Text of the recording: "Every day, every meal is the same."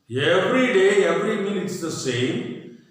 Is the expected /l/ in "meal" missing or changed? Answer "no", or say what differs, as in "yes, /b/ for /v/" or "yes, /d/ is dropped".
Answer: yes, /n/ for /l/